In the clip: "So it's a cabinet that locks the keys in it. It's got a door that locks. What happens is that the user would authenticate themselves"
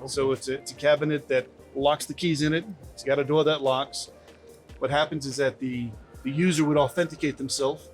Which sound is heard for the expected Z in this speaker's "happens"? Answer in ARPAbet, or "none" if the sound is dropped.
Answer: Z